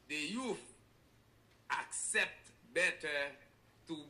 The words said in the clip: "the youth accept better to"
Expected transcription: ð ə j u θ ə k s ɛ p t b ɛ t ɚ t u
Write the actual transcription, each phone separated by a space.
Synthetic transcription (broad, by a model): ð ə j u f ə k s ɛ p t b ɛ t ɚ t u